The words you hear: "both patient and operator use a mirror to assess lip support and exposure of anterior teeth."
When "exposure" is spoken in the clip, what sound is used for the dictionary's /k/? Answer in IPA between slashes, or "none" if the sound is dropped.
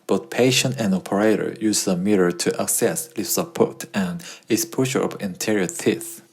none